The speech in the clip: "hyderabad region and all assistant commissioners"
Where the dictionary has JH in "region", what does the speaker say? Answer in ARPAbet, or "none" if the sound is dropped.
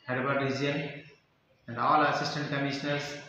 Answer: none